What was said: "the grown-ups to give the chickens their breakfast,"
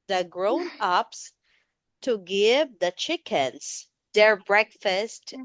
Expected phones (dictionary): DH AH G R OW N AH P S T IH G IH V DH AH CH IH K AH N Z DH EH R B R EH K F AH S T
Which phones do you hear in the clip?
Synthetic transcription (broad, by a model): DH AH G R OW N AH P S T IH G IH V DH AH CH IH K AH N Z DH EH R B R EH K F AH S T